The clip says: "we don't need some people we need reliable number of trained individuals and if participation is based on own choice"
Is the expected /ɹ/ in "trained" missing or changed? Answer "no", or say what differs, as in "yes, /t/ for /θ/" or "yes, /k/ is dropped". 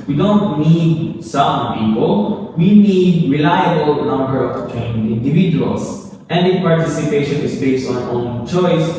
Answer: yes, /ɹ/ is dropped